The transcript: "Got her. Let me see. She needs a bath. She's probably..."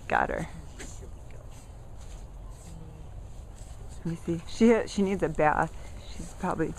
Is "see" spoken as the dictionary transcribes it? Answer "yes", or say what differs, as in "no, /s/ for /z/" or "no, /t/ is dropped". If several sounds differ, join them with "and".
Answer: no, /ʃ/ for /s/